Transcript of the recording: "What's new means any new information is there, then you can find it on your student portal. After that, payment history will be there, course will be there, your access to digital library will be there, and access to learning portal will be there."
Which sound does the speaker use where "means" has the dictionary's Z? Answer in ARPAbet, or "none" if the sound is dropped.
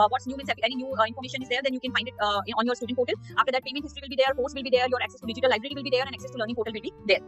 S